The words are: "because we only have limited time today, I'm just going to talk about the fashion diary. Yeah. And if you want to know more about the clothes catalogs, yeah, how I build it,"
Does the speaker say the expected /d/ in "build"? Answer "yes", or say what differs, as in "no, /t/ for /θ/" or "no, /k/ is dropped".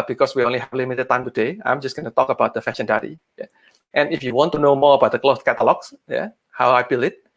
no, /d/ is dropped